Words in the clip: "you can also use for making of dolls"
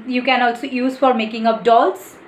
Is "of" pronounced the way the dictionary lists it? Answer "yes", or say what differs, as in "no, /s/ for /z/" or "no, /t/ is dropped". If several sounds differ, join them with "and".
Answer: no, /p/ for /v/